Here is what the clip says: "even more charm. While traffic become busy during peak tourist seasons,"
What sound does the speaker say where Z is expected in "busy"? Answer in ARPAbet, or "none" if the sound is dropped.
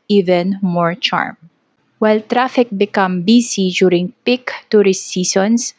S